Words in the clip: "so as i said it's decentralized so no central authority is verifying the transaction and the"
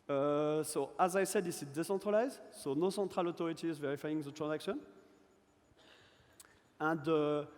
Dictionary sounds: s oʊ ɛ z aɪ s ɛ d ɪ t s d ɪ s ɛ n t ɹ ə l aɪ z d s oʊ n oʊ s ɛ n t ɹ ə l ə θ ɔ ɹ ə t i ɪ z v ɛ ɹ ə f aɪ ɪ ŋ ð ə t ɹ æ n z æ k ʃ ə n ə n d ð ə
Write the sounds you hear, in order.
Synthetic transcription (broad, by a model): s oʊ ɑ z aɪ s ɛ d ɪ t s d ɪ s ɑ t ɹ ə l aɪ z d s oʊ n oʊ s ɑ t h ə l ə t ɔ ɹ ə t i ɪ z v ɛ ɹ ə f aɪ ɪ ŋ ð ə t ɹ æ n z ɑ k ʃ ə n ə n d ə